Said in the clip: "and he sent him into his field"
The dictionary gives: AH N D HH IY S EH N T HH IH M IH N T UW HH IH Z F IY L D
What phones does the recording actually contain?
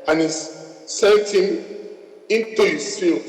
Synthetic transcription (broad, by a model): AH N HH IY S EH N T HH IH M IH N T UW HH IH S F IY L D